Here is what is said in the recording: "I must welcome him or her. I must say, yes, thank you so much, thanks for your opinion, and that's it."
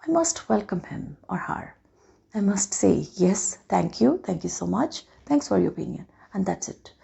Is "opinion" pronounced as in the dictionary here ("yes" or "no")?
no